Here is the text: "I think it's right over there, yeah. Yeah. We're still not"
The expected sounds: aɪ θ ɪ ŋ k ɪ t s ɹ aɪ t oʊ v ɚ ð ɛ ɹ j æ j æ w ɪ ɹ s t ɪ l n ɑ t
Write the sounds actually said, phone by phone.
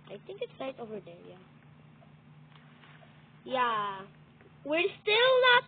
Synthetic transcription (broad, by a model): aɪ θ ɪ ŋ k ɪ t s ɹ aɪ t oʊ v ɚ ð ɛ ɹ j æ j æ w ɪ ɹ s t ɪ l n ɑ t